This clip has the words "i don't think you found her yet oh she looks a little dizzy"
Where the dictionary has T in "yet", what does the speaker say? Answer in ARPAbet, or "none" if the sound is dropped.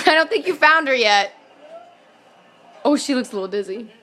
T